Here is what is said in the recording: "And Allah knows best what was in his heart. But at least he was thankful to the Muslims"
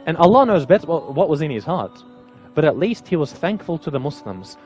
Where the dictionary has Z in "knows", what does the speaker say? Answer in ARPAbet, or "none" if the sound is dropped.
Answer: Z